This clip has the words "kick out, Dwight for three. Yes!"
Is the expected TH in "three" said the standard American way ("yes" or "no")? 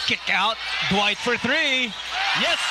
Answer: yes